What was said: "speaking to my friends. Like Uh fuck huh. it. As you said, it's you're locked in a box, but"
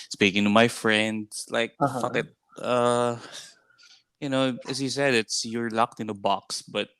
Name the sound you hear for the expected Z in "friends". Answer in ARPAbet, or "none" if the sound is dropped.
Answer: S